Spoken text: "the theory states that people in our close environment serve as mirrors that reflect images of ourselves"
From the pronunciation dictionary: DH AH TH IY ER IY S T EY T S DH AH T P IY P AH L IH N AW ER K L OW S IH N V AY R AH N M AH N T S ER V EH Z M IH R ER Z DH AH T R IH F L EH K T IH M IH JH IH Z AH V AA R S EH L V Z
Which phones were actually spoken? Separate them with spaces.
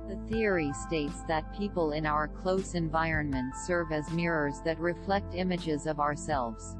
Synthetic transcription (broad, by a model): DH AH TH IY ER IY S T EY T S DH AH T P IY P AH L IH N AW ER K L OW S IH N V AY R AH N M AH N T S ER V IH Z M IH R ER Z DH AH T R IH F L EH K T IH M IH JH IH Z AH V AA R S EH L V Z